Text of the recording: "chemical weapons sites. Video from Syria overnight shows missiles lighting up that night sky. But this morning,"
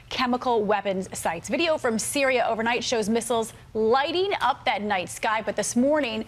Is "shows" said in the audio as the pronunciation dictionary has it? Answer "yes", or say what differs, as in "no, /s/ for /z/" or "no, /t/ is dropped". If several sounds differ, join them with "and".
yes